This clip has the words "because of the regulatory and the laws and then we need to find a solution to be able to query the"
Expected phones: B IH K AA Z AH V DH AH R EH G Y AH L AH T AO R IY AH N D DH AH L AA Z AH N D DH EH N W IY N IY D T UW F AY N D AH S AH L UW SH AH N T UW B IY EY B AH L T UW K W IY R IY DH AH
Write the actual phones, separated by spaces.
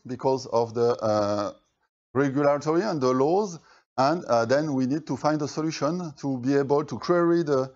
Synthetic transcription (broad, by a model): B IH K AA Z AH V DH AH R EH G Y AH L AH T AO R IY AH N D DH AH L AA Z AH N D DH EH N W IY N IY D T UW F AY N D AH S AH L UW SH AH N T UW B IY EY B AH L T UW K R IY R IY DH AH